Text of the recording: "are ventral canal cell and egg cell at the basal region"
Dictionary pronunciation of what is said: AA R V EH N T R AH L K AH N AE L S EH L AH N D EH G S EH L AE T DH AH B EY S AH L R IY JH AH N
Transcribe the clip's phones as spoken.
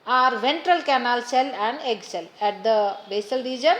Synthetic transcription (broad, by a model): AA R V EH N T R AH L K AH N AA L S EH L AH N D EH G S EH L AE T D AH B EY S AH L R IY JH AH N